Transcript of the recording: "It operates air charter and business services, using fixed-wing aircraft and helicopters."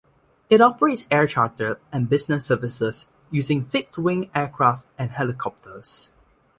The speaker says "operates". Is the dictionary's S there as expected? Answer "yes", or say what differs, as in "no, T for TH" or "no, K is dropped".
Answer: yes